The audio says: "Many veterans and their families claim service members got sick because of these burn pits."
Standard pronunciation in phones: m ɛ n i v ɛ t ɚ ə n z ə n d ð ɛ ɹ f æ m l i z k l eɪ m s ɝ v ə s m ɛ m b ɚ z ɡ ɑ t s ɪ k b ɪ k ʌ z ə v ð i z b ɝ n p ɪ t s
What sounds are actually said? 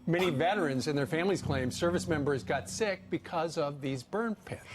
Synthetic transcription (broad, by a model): m ɛ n i v ɛ t ɚ ə n z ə n ð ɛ ɹ f æ m l i z k l eɪ m s ɝ v ə s m ɛ m b ɚ z ɡ ɑ t s ɪ k b ɪ k ʌ z ə v ð i z b ɝ n p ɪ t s